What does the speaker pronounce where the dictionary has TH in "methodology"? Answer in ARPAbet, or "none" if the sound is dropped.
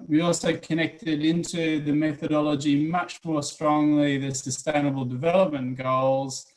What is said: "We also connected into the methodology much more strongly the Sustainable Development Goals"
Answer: TH